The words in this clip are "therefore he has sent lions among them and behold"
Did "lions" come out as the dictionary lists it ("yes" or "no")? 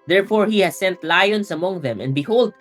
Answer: no